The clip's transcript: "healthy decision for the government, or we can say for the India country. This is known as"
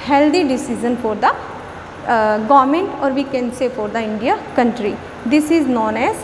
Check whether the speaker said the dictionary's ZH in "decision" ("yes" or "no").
no